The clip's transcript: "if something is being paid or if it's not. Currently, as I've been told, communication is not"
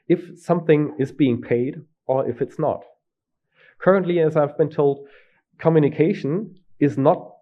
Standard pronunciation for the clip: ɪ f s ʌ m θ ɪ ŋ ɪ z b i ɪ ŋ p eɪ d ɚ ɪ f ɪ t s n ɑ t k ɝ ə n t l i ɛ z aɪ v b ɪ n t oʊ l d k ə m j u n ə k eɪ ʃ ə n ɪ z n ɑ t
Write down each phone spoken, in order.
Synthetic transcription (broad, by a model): ɪ f s ʌ m θ ɪ ŋ ɪ z b i ɪ ŋ p eɪ d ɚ ɪ f ɪ t s n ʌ t k ɝ ə n t l i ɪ z aɪ v b ɪ n t oʊ l d k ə m j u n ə k eɪ ʃ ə n ɪ z n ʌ t